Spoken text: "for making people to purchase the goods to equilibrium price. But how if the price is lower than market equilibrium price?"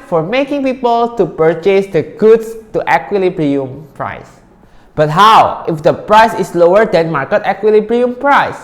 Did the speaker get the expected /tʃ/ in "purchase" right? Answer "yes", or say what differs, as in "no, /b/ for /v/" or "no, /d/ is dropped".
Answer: yes